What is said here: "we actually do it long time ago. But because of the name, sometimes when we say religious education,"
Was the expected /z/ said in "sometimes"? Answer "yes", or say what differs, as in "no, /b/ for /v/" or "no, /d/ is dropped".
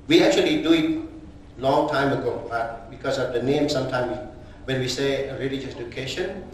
no, /z/ is dropped